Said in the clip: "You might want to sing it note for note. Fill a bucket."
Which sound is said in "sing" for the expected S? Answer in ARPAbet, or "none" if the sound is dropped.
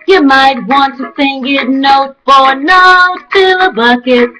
TH